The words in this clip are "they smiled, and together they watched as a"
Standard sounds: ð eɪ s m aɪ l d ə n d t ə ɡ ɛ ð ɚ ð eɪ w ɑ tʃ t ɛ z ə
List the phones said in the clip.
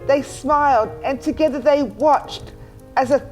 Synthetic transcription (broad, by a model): ð eɪ s m aɪ l d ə n t ə ɡ ɛ ð ɚ ð eɪ w ɑ tʃ t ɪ z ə